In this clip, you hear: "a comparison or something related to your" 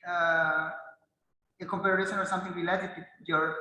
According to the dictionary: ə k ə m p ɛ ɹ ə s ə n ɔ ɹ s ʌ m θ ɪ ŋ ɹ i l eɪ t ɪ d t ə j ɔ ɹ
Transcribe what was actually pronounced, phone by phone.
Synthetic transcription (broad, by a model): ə k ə m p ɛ ɹ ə ʃ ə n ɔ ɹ s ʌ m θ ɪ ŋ w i l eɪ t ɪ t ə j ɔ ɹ